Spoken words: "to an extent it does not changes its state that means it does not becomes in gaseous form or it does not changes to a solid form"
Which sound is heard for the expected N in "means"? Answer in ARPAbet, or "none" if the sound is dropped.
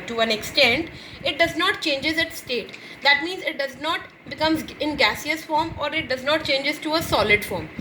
N